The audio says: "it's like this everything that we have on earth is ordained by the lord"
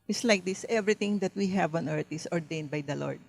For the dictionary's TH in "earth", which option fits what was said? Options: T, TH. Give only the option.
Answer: T